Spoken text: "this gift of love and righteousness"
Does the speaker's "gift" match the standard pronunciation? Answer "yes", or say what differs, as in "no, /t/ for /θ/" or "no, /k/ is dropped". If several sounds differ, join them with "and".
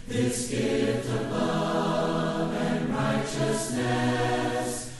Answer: no, /f/ is dropped